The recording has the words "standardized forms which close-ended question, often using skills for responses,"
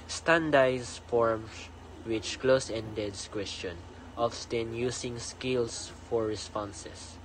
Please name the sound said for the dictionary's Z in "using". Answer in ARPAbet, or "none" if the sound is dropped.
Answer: S